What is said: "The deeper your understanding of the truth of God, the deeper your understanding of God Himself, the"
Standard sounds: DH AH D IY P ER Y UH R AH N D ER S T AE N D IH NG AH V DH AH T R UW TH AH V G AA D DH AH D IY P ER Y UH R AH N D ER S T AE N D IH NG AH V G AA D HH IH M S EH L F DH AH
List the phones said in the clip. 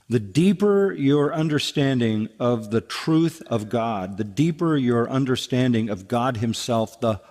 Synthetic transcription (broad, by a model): DH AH D IY P ER Y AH R AH N D ER S T AE N D IH NG AH V DH AH T R UW TH AH V G AA D DH AH D IY P ER Y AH R AH N D ER S T AE N D IH NG AH V G AA D HH IH M S EH L F DH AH